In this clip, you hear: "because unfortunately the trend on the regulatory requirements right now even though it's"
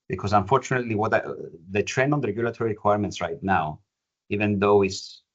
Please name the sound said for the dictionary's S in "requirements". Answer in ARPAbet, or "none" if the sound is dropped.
S